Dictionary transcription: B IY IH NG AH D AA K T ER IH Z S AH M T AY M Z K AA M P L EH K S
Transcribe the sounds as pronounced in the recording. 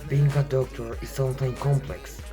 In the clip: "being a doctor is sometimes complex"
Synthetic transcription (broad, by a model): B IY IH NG AH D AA K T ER IH Z S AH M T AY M K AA M P L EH K S